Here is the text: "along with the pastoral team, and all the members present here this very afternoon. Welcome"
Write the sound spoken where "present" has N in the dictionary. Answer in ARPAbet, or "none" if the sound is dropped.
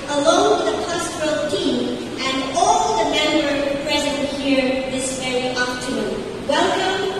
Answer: none